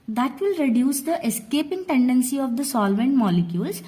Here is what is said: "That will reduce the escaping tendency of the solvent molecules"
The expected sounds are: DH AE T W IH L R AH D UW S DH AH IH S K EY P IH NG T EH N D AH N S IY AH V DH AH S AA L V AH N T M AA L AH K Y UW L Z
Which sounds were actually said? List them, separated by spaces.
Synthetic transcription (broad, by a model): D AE T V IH L R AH D UW S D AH IH S K EY P IH NG T EH N D AH N S IY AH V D AH S AA L V AH N T M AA L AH K Y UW L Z